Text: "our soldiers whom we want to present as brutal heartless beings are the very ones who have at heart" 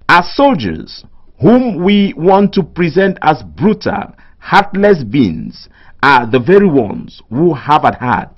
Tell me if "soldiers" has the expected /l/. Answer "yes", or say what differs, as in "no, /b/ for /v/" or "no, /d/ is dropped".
yes